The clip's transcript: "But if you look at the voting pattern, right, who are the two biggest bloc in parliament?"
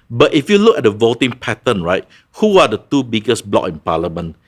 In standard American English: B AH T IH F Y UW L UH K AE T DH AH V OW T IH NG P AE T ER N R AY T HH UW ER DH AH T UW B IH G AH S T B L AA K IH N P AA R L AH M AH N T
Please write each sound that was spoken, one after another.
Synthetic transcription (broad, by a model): B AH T IH F Y UW L UH K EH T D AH V OW T IH NG P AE T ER N R AY T HH UW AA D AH T UW B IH G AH S B L AA K IH N P AA L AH M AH N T